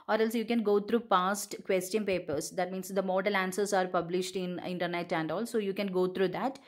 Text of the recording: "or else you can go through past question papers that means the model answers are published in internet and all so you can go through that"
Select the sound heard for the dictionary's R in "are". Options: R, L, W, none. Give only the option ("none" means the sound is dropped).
R